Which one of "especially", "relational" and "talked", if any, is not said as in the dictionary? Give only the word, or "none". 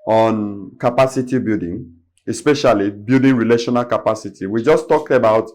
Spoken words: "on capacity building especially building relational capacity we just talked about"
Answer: none